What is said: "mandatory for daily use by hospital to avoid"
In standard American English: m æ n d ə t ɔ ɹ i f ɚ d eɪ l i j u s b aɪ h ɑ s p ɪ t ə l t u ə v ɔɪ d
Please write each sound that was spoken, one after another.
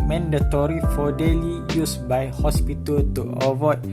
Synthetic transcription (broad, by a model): m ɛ n d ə t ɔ ɹ i f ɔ d eɪ l i j u s b aɪ h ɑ s p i t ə l t u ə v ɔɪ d